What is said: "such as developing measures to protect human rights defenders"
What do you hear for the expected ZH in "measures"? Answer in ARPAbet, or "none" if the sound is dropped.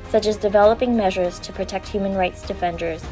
ZH